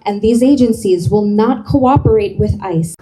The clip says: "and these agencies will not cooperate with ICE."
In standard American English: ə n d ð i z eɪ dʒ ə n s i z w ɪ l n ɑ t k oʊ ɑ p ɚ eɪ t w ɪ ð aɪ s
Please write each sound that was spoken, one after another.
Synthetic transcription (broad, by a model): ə n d ð i z eɪ dʒ ə n s i z w ɪ l n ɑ t k oʊ ɑ p ɚ eɪ t w ɪ ð aɪ s